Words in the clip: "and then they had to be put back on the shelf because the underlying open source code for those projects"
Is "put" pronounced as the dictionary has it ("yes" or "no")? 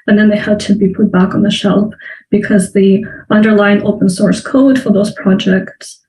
yes